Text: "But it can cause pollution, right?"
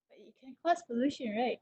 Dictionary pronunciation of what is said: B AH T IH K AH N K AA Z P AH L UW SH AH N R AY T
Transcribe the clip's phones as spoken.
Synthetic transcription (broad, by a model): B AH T IH K AH N K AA S P AH L UW SH AH N R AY T